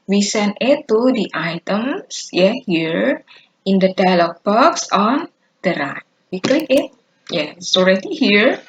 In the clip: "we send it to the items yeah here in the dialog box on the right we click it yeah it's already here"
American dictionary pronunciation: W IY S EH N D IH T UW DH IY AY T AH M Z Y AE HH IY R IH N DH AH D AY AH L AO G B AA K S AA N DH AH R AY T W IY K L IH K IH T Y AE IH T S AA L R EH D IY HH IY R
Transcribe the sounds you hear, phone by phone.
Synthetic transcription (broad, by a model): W IY S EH N IH T UW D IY AY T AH M S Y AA HH IY R IH N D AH D AY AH L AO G B AA K S AA N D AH R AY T W IY K L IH K IH T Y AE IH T S AA L R EH D IY HH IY R